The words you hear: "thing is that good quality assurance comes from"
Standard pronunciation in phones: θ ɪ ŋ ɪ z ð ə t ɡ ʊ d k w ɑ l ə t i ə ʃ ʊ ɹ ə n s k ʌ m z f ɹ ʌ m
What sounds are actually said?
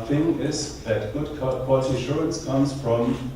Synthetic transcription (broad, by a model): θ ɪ ŋ ɪ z ð ə t ɡ ʊ d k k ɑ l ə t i ə ʃ ʊ ɹ ə n s k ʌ m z f ɹ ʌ m